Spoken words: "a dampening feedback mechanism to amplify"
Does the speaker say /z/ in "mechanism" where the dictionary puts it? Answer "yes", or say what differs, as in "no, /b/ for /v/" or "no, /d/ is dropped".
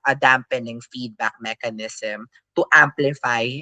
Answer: no, /s/ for /z/